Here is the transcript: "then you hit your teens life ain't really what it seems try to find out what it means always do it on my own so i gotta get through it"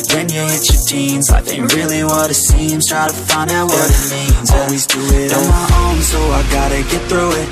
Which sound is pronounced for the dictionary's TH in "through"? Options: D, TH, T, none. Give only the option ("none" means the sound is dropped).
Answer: TH